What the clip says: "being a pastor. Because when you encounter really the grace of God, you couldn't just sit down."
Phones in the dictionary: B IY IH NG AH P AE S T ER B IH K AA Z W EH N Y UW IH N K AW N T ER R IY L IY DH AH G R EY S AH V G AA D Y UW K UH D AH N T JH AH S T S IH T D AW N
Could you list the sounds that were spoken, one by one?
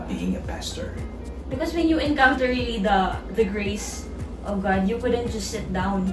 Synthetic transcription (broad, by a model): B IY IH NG AH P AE S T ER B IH K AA S W EH N Y UW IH N K AW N T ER L IY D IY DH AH G R EY S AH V G AA D Y UW K UH D AH N T JH AH S T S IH T D AW N